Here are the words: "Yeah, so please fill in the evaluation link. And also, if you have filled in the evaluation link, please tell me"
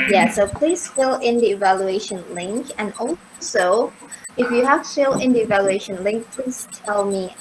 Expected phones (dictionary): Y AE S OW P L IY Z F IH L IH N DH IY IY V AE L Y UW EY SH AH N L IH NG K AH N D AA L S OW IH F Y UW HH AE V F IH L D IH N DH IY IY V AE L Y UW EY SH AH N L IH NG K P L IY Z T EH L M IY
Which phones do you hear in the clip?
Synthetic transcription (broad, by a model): Y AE S OW P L IY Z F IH L IH N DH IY IY V AE L Y UW EY SH AH N L IH NG K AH N AA L S OW IH F Y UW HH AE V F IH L IH N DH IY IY V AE L Y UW EY SH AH N L IH NG K P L IY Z T EH L M IY